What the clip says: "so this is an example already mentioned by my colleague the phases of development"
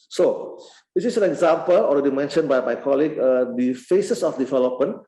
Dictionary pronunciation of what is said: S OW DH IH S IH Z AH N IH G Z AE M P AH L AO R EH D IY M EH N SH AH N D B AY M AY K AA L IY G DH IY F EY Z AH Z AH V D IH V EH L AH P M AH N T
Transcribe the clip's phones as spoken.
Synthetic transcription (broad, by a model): S OW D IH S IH S AH N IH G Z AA M P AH L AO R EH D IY M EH N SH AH N B AY M AY K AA L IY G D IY F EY S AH S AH F D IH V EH L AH P M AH N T